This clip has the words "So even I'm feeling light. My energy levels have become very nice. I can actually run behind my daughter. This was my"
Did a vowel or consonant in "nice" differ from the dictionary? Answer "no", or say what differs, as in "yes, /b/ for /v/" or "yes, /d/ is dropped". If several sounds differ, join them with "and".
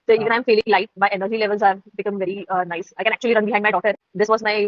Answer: no